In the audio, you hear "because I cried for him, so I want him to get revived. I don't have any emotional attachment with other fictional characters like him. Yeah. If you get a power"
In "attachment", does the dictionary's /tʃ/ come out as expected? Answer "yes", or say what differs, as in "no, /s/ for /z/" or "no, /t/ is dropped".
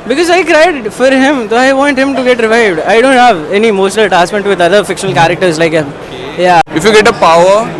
no, /s/ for /tʃ/